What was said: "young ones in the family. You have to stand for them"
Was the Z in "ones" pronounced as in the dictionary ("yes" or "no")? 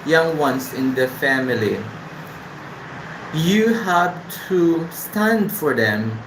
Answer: no